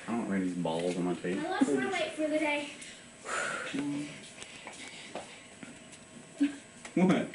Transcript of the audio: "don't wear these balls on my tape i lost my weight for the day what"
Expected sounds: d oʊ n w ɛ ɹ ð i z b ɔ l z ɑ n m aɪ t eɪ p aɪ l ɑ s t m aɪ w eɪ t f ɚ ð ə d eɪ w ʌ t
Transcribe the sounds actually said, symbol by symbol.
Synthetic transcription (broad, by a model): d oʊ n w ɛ ð i z b ɔ l z n m aɪ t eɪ ɪ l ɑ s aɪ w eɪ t f ɚ ð ə d eɪ w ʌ t